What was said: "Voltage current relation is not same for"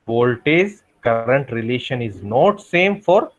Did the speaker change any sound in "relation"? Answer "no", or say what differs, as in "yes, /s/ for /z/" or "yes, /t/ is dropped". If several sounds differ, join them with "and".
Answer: no